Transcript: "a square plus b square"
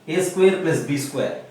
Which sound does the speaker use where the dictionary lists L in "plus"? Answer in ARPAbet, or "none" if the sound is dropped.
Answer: none